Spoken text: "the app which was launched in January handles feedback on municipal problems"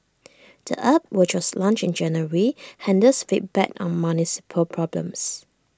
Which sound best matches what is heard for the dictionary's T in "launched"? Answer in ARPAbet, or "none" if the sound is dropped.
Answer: none